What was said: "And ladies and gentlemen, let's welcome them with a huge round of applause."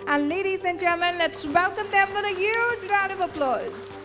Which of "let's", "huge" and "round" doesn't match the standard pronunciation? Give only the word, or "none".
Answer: round